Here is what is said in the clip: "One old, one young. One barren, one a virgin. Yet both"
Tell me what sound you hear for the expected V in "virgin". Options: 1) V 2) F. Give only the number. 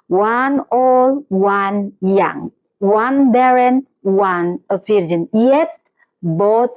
2